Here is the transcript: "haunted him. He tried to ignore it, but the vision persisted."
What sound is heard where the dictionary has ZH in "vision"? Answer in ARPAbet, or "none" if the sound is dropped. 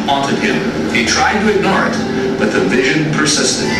ZH